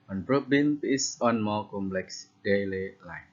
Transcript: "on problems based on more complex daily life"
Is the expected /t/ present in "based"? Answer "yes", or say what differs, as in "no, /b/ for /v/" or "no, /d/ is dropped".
no, /t/ is dropped